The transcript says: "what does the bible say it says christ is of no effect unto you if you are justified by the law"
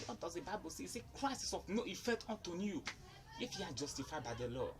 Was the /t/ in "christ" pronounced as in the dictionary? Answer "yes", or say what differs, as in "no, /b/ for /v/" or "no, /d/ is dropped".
no, /t/ is dropped